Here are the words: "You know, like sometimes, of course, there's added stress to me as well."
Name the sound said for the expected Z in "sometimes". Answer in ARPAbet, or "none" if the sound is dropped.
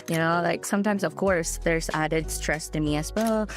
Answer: Z